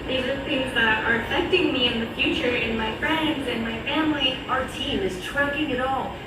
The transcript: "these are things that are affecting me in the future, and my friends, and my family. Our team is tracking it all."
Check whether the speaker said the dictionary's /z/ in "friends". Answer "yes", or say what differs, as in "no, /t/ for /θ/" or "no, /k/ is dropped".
yes